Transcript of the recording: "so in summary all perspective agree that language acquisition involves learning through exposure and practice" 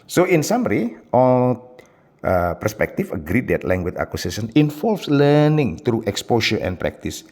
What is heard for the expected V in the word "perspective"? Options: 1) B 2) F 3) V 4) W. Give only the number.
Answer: 2